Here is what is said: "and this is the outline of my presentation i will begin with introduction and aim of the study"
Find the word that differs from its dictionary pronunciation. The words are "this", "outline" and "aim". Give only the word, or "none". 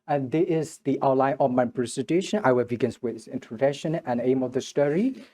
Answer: this